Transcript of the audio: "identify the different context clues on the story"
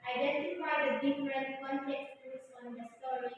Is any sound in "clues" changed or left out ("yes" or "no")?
yes